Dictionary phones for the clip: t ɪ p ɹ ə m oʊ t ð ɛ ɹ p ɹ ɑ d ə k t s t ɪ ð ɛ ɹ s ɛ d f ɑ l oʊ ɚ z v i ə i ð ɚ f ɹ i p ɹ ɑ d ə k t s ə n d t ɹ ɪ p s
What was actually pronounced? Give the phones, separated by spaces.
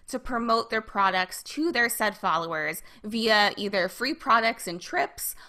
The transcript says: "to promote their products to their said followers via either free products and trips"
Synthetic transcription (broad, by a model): t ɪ p ɹ ə m oʊ t ð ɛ ɹ p ɹ ɑ d ə k t s t ɪ ð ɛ ɹ s ɛ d f ɑ l oʊ ɚ z v i ə i ð ɚ f ɹ i p ɹ ɑ d ə k t s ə n t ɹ ɪ p s